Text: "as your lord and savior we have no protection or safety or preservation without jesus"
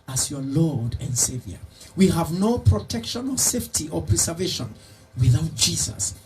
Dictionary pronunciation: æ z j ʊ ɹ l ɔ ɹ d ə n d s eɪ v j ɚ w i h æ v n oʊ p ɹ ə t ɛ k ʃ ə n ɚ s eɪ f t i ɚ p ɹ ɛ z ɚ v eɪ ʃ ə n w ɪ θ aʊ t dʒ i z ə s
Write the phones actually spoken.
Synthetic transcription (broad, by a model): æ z j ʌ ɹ l ɔ ɹ d ə n d s eɪ v j ɚ w i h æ v n oʊ p ɹ ə t ɛ k ʃ ə n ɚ s eɪ f t i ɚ p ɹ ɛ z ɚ v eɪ ʃ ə n w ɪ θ aʊ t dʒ i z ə s